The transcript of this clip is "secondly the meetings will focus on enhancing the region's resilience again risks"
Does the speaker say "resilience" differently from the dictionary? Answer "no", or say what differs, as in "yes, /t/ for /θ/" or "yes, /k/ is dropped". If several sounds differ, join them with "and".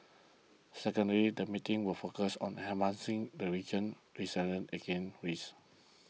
yes, /s/ is dropped